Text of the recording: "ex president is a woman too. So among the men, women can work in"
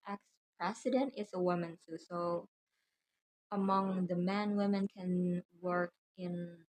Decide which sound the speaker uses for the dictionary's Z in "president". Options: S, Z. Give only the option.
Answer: S